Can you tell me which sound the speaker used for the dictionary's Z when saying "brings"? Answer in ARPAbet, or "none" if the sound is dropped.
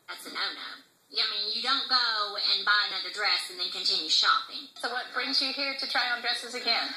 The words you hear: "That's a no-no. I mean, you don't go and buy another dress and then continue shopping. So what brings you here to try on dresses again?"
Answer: Z